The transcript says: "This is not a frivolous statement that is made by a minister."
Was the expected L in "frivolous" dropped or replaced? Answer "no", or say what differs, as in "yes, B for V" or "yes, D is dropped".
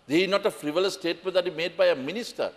yes, L is dropped